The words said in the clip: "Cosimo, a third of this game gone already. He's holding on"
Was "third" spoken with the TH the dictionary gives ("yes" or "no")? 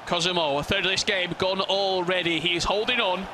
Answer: yes